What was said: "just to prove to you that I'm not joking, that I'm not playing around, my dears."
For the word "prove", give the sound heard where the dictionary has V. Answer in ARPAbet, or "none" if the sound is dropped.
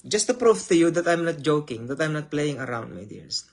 F